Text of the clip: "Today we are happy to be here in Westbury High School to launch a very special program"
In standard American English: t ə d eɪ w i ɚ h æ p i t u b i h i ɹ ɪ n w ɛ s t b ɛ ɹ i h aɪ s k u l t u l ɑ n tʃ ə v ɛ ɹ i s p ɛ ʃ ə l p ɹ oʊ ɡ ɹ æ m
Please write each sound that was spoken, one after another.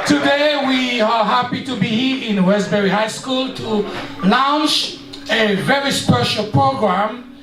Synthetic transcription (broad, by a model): t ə d eɪ w i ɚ h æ p i t u b i h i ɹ ɪ n w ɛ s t b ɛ ɹ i h aɪ s k u l t u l ɑ n s ə v ɛ ɹ i s p ɛ ʃ ə l p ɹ oʊ ɡ ɹ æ m